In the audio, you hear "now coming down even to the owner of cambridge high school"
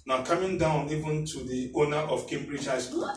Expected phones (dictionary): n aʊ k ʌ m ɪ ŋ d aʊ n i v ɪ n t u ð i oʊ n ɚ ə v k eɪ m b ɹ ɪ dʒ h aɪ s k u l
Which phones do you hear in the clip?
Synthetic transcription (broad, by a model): n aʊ k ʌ m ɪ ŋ d aʊ n i v ɪ n t u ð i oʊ n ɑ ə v k eɪ m b ɹ ɪ dʒ h aɪ s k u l